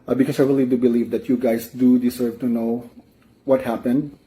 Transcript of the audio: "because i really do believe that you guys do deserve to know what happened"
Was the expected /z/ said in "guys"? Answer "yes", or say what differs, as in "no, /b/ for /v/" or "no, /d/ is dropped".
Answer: no, /s/ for /z/